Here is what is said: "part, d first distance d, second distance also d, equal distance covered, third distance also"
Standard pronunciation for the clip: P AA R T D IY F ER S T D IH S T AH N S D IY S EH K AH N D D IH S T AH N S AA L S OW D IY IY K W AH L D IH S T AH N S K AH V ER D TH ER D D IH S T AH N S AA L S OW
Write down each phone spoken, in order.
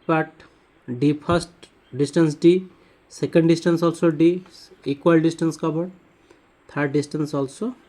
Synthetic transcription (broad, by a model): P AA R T D IY P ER S T D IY S T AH N S D IY S EH K AH N D D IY S T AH N S AA L S OW D IY IY K W AH L D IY S T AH N S K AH B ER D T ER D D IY S T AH N S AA L S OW